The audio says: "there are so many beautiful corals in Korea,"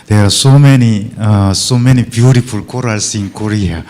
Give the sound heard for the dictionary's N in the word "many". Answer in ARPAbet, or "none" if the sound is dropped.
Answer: N